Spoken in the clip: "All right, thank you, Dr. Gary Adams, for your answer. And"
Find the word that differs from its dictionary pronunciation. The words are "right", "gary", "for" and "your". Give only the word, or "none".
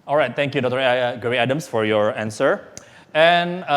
gary